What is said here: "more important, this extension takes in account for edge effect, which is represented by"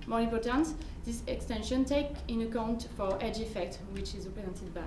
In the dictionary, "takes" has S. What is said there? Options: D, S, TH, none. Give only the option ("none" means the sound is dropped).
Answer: none